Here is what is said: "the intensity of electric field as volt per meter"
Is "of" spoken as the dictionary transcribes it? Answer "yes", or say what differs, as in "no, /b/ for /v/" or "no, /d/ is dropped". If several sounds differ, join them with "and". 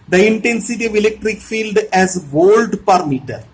yes